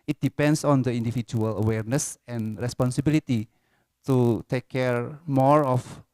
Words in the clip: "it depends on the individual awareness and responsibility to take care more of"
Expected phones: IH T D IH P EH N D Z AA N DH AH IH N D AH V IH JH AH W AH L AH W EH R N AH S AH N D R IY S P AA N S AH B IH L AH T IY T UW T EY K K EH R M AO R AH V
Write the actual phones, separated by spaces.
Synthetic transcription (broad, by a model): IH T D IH P EH N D S AA N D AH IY N D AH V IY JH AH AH L AH W EH R N AH S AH N R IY S P AA N S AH B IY L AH T IY T UW T EY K K EH R M AO R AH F